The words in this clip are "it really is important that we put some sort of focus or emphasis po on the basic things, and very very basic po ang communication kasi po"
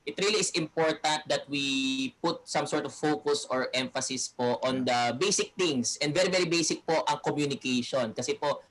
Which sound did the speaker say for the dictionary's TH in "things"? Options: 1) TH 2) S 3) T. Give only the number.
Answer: 3